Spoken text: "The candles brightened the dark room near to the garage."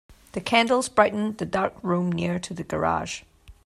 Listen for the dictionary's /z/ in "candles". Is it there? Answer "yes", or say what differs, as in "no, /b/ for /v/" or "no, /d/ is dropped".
yes